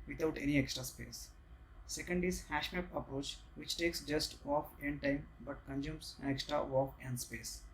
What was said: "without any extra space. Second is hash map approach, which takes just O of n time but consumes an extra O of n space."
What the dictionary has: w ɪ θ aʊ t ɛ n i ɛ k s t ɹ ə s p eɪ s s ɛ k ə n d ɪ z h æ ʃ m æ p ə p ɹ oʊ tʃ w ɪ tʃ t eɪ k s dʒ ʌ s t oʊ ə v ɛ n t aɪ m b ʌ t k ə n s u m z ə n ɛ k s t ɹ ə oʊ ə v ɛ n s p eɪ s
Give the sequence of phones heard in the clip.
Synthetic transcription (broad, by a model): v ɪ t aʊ t ɛ n i ɛ k s t ɹ ə s p eɪ s s ɛ k ə n d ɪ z h æ ʃ m æ p ə p ɹ oʊ tʃ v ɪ tʃ t eɪ k s dʒ ʌ s t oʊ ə f ɛ n t aɪ m b ʌ t k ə n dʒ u m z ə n ɛ k s t ɹ ə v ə f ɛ n s p eɪ s